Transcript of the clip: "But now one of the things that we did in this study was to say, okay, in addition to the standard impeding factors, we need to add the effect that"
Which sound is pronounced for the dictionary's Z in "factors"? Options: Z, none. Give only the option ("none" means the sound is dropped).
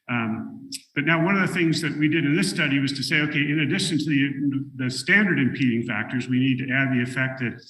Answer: Z